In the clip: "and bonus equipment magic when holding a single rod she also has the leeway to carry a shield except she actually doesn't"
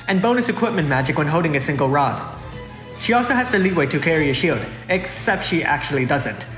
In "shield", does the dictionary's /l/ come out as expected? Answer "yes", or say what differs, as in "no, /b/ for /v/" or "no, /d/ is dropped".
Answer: yes